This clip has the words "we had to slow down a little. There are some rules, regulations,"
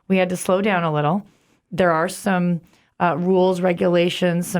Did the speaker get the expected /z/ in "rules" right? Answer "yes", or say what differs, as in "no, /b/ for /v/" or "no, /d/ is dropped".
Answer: yes